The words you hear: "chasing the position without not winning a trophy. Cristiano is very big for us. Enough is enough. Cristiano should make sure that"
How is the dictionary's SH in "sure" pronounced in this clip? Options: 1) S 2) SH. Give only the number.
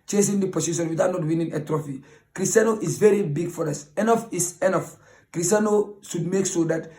1